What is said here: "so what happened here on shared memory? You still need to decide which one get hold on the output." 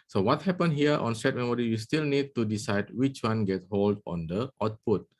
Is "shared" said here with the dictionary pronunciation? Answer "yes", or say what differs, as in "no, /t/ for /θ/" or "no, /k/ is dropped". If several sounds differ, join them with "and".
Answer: no, /s/ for /ʃ/